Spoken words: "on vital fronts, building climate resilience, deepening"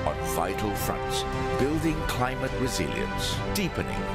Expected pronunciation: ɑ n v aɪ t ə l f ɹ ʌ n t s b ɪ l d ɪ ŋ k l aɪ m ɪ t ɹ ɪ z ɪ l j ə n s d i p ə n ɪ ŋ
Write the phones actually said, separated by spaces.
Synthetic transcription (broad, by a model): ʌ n v aɪ t l f ɹ ʌ n t s b ɪ l d ɪ ŋ k l aɪ m ɪ t ɹ ɪ z ɪ l j ə n s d i p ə n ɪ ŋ